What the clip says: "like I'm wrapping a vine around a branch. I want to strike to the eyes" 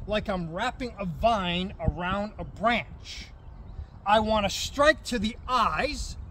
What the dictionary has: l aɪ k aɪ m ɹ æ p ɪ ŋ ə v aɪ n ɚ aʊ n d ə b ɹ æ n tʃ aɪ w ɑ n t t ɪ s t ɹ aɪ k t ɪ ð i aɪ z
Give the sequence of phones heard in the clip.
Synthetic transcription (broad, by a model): l aɪ k aɪ m ɹ æ p ɪ ŋ ə v aɪ n ɚ aʊ n d ə b ɹ æ n tʃ aɪ w ɑ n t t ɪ s t ɹ aɪ k t ɪ ð i aɪ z